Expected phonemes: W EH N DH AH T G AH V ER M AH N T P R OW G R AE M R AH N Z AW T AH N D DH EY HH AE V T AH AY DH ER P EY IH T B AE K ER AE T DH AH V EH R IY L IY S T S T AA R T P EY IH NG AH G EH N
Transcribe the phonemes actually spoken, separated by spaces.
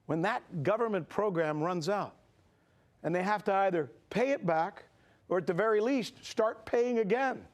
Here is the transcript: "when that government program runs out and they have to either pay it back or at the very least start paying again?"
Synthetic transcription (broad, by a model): W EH N DH AH T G AH V ER M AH N P R OW G R AE M R AH N Z AW T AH N DH EY HH AE F T AH AY DH ER P EY IH T B AE K ER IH T DH AH V EH R IY L IY S T S T AA R T P EY IH NG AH G EH N